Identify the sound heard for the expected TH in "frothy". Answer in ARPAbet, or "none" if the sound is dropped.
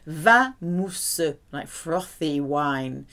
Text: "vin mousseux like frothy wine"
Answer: TH